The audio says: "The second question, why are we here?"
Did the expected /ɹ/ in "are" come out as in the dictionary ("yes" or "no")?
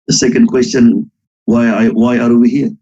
no